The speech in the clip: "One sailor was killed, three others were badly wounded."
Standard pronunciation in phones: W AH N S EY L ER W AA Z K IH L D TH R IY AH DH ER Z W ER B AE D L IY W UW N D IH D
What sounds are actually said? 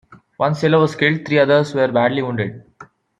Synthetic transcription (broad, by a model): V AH N S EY L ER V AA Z K IH L D T R IY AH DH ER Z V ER B AE D L IY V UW N D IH D